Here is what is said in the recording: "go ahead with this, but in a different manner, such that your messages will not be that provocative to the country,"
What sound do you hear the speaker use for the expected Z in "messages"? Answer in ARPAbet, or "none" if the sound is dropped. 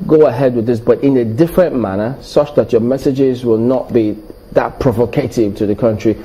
Z